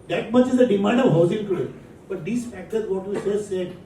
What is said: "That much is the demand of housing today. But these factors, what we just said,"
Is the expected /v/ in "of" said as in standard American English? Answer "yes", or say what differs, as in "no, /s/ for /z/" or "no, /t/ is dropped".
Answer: yes